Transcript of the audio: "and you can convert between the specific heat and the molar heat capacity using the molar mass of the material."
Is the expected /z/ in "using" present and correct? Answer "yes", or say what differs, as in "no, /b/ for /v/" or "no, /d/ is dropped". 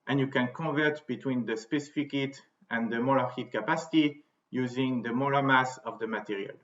yes